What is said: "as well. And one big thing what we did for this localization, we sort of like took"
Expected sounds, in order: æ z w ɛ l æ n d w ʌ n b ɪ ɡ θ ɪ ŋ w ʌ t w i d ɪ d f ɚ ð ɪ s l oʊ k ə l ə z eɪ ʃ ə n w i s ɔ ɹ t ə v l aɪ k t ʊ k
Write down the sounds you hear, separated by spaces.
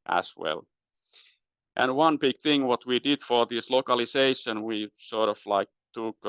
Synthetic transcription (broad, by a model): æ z w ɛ l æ n w ʌ n b ɪ ɡ θ ɪ ŋ w ʌ t w i d ɪ d f ɚ ð ɪ s l oʊ k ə l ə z eɪ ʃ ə n w i s ɔ ɹ t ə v l aɪ k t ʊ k